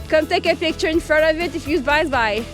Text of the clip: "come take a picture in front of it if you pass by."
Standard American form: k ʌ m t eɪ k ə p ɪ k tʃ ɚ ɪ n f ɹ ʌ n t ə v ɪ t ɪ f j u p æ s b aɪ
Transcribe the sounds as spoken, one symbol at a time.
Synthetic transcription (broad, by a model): k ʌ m t eɪ k ə p ɪ k tʃ ɚ ɪ n f ɹ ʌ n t ə v ɪ t ɪ f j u b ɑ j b aɪ